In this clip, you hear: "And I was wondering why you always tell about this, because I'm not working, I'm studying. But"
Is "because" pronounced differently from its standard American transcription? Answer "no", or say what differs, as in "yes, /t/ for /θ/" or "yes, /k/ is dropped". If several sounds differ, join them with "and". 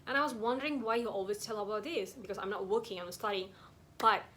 yes, /s/ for /z/